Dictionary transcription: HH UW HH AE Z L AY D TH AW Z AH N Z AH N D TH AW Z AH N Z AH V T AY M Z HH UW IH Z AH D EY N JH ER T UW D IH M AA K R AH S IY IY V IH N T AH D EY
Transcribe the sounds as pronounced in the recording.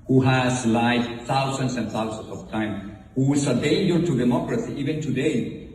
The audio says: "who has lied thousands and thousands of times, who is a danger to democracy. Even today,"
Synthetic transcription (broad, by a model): HH UW HH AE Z L AY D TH AW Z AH N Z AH N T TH AW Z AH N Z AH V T AY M HH UW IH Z AH D EY N JH ER T UW D IH M AA K R AH S IY IY V IH N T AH D EY